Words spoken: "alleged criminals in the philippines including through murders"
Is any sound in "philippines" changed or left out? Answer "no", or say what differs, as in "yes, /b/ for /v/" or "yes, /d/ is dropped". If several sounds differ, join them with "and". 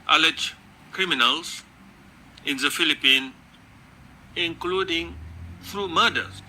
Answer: yes, /z/ is dropped